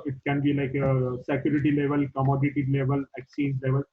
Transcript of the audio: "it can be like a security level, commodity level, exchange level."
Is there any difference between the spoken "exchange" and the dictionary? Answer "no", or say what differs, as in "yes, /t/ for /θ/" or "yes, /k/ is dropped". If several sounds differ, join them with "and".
yes, /tʃ/ is dropped